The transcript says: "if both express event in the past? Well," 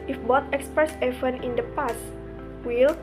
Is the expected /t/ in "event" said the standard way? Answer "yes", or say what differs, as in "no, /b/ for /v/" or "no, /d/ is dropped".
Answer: no, /t/ is dropped